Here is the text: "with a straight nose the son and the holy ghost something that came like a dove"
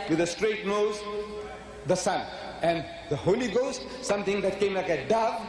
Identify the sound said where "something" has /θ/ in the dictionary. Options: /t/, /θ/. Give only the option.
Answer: /t/